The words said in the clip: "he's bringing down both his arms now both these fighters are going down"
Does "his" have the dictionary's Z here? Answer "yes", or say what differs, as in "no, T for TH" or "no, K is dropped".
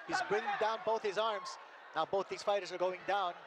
yes